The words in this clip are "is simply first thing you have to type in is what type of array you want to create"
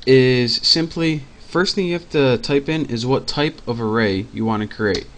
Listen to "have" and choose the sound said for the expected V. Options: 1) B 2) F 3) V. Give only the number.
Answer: 2